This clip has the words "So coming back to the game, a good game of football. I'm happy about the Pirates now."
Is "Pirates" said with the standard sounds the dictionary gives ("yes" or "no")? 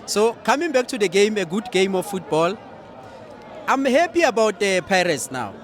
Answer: yes